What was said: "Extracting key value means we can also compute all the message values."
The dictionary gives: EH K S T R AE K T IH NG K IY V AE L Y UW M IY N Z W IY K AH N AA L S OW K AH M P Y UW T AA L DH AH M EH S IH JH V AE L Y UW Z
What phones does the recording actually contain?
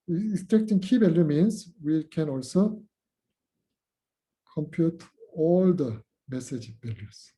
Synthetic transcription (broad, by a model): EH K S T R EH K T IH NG K IY B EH L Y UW M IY N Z W IY K AH N AA L S OW K AH M P Y UW T AA L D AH M EH S IH JH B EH L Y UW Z